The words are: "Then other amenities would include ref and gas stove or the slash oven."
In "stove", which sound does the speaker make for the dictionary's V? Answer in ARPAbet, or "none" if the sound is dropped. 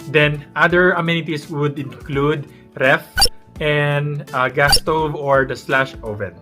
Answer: V